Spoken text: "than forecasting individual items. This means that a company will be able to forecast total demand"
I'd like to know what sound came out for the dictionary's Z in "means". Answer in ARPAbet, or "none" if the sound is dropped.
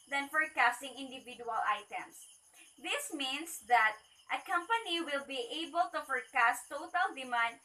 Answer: S